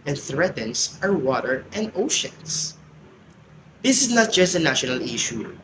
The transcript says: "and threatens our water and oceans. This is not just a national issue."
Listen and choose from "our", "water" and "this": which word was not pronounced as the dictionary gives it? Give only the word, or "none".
none